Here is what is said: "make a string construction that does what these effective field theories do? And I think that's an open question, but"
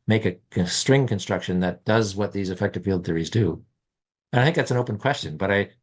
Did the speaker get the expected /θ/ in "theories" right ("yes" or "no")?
yes